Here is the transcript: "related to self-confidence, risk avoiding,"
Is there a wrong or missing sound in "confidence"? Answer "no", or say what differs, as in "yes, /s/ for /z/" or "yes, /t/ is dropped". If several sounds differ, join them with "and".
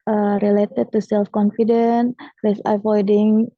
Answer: yes, /s/ is dropped